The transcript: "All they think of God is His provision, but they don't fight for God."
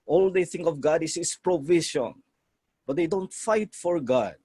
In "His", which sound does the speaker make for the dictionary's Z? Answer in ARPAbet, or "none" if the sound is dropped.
S